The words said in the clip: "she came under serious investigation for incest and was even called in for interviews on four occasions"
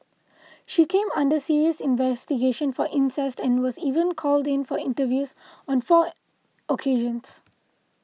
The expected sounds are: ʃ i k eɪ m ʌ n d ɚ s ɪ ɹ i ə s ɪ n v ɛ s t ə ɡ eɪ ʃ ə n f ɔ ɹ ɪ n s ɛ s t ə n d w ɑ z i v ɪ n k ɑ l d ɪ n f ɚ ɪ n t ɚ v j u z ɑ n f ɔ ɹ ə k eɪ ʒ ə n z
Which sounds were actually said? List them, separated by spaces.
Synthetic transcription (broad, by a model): ʃ i k eɪ m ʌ n d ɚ s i ɹ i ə s ɪ n v ɛ s t ə ɡ eɪ ʃ ə n f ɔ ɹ ɪ n s ɛ s t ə n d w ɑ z i v ɪ n k ɑ l d ɪ n f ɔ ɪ n t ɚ v j u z ɑ n f ɔ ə k eɪ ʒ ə n s